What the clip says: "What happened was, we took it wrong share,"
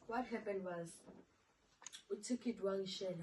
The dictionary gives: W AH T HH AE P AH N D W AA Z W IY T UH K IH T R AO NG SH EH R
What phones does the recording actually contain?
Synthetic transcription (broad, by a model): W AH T HH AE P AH N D W AA Z W IY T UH K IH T W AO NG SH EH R